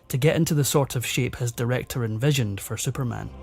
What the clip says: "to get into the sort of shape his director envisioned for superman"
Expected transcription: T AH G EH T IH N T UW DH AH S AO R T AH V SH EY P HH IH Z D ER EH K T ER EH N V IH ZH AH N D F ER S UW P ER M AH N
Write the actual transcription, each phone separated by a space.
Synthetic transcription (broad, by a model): T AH G EH T IH N T UW DH AH S AO R T AH V SH EY P HH IH Z D ER EH K T ER EH N V IH ZH AH N D F ER S UW P ER M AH N